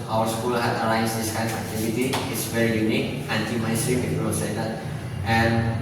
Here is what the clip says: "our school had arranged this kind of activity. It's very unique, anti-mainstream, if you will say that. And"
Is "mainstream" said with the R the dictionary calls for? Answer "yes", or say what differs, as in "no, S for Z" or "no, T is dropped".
no, R is dropped